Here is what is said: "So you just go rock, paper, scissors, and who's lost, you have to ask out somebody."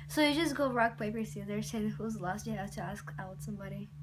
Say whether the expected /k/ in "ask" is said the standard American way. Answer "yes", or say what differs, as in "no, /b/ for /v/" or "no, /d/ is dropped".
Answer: yes